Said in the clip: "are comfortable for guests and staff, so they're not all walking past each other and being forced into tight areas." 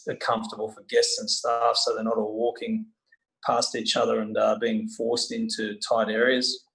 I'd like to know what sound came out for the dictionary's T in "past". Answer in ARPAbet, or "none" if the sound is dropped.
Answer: T